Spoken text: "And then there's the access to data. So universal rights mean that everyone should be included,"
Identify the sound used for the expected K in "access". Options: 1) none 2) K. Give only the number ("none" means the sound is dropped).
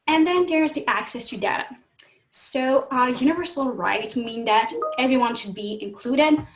2